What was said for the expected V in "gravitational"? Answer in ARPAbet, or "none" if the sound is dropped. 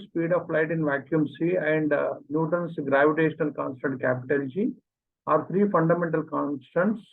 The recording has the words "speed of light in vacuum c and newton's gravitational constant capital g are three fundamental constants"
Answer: V